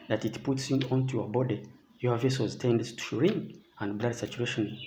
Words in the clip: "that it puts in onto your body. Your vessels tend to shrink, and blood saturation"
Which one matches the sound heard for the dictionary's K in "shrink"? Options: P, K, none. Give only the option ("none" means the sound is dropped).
none